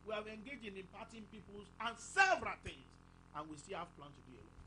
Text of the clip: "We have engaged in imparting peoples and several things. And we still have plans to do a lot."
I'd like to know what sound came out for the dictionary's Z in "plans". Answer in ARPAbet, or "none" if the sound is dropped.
none